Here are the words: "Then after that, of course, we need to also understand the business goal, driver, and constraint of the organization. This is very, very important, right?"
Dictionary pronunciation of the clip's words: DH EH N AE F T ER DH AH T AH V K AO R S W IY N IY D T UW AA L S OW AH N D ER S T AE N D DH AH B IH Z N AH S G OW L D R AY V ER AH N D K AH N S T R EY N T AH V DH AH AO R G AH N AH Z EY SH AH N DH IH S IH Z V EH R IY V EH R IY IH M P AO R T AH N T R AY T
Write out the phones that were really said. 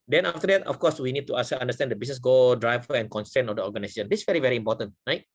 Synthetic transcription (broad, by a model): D EH N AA F T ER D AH T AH F K AO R S W IY N IY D T UW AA S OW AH N D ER S T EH N D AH B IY S N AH S G OW L D R AY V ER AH N K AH N S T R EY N AH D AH AO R G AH N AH S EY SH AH N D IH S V EH R IY V EH R IY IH M P AO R T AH N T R AY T